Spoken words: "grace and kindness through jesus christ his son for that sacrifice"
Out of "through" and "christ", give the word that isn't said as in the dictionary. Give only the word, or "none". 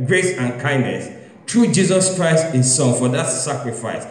through